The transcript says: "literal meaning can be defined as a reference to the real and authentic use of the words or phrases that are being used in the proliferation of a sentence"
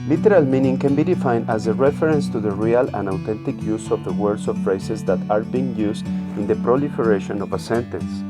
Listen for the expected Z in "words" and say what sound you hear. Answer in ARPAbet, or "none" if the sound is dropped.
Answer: S